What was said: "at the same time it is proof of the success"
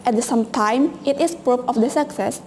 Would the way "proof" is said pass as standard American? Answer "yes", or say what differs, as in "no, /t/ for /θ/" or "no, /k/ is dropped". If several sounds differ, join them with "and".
no, /p/ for /f/